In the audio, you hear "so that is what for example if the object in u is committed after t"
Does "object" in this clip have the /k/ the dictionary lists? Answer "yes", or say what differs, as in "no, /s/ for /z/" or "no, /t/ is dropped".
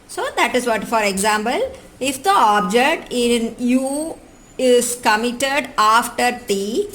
yes